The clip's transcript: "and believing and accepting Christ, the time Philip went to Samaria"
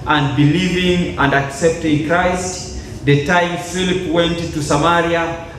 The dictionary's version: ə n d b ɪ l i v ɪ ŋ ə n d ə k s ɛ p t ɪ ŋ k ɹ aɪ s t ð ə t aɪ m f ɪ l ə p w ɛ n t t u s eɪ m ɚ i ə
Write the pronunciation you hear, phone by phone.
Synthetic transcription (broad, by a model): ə n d b ɪ l i v ɪ ŋ ə n d ə k s ɛ p t ɪ ŋ k ɹ aɪ s t ð ə t aɪ m f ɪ l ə p w ɛ n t t u s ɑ m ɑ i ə